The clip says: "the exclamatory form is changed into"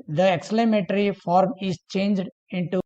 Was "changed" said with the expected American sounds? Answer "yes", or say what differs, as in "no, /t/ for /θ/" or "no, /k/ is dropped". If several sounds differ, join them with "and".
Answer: yes